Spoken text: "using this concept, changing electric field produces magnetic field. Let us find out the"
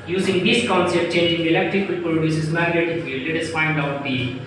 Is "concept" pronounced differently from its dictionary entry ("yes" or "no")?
yes